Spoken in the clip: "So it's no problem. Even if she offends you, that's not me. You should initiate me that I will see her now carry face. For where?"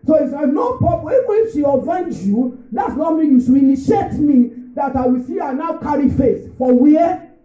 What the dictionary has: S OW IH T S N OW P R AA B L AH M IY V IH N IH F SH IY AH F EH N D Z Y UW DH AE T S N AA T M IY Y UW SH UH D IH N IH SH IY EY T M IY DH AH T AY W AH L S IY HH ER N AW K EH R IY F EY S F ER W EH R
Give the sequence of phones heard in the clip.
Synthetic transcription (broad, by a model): S OW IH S N OW P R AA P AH IY V IH N IH F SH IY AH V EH N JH Y UW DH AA T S N AA T M IY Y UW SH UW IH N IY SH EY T M IY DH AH T AY W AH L S IY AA N AW K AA R IY F EY S F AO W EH